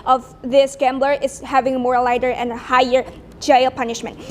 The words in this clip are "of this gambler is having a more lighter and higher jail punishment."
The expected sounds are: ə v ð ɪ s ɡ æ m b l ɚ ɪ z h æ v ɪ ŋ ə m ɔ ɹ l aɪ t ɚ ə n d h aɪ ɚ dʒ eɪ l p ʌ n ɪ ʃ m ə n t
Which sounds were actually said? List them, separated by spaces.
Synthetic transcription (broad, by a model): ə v ð ɪ s ɡ æ m b l ɚ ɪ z h æ v ɪ ŋ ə m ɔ ɹ l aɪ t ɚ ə n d h aɪ ɚ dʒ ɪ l p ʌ n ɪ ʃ m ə n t